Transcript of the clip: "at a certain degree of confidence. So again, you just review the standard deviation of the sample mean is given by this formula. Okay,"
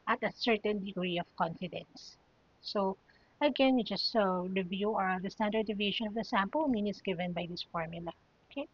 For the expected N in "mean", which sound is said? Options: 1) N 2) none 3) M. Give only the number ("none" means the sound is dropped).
1